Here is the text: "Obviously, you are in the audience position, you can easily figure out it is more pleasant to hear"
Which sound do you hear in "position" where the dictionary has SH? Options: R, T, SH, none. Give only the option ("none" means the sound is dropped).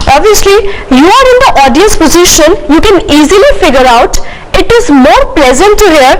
SH